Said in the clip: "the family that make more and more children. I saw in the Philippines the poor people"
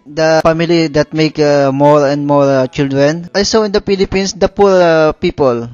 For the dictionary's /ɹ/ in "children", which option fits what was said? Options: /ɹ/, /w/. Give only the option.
/ɹ/